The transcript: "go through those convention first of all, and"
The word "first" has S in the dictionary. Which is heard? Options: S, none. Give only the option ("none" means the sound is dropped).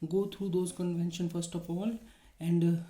S